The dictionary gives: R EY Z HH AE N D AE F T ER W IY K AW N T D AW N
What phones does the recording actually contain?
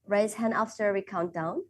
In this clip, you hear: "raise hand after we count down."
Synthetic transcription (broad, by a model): R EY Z HH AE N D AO F S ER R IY K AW N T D AW N